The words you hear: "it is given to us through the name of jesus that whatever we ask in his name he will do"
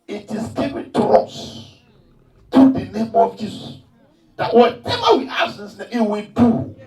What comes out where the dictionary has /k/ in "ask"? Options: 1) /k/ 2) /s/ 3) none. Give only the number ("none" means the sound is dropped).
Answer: 3